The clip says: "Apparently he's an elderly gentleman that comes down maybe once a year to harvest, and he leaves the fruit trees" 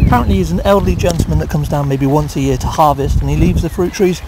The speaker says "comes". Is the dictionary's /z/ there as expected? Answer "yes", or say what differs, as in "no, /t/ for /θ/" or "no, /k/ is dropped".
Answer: yes